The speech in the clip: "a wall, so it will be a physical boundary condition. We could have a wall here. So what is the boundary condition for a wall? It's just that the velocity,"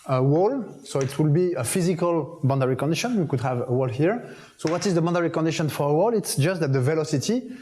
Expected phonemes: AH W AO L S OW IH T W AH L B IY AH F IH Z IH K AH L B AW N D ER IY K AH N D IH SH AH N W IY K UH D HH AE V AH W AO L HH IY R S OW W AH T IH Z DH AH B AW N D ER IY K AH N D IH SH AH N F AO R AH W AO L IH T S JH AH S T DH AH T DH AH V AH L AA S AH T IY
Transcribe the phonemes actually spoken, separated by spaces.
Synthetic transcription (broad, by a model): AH W AO L S OW IH T W AH L B IY AH F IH Z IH K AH L B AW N D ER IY K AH N D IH SH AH N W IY K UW D HH AE V AH W AO L HH IY R S OW W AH T IH Z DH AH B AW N D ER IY K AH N D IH SH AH N F AO R AH W AO L IH T S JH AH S T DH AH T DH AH V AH L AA S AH T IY